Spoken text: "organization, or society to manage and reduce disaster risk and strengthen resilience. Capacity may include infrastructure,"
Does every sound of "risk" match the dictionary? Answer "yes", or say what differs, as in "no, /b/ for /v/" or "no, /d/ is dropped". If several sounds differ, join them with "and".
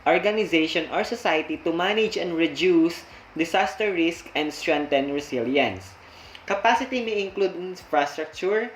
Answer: yes